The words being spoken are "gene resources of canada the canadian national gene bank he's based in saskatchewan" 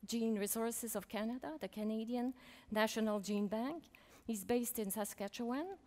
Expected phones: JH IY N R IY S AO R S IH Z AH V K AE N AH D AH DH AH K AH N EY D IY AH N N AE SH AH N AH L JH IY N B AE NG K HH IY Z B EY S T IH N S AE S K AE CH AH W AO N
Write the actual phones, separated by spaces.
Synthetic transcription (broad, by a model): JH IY N R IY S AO R S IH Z AH V K AE N AH D AH DH AH K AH N EY D IY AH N N AE SH AH N AH L JH IY N B AE NG K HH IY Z B EY S T IH N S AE S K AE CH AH W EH N